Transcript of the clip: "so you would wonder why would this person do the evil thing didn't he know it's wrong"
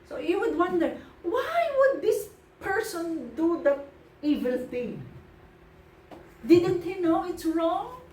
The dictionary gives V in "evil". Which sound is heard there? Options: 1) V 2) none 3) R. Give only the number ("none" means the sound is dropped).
1